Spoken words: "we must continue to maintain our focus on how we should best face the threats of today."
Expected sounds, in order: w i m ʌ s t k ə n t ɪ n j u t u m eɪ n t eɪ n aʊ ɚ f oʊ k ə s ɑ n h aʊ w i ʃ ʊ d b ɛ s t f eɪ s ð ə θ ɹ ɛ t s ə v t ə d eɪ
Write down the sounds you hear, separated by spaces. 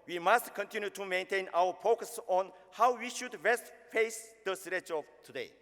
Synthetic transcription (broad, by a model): w i m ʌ s t k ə n t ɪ n j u t u m eɪ n t eɪ n aʊ ɚ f oʊ k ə s ɑ n h aʊ w i ʃ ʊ d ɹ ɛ s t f eɪ s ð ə s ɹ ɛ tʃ ə v t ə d eɪ